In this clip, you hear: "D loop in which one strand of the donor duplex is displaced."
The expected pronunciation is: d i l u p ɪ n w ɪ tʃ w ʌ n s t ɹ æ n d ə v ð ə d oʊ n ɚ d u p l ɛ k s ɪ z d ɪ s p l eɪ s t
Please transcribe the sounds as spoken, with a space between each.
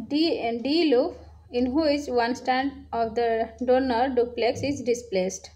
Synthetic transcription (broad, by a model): d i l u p ɪ n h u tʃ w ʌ n s t æ n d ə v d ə d oʊ n ɚ d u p l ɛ k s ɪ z d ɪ s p l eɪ s t